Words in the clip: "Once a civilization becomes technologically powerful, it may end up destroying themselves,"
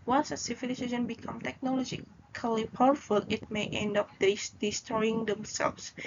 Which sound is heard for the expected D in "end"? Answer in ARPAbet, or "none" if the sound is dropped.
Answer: D